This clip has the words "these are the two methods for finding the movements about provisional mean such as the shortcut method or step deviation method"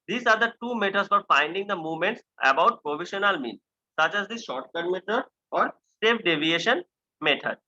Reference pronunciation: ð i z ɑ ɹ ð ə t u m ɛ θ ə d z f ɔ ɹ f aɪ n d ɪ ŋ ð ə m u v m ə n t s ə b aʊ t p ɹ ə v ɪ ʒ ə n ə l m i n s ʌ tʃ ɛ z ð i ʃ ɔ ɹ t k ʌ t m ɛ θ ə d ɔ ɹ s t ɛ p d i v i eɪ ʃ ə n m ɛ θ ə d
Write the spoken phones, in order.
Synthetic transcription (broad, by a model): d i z ɑ ɹ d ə t u m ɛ t ə d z f ɔ ɹ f aɪ n d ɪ ŋ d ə m u v m ə n t s ə b aʊ t p ɹ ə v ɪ ʃ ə n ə l m i n s ʌ tʃ ɛ z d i ʃ ɔ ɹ t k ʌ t m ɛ t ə d ɔ ɹ s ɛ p d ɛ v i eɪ ʃ ə n m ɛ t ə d